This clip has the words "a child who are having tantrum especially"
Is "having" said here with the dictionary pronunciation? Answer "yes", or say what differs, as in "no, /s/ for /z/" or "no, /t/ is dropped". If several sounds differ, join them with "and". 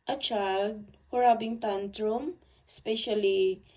no, /b/ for /v/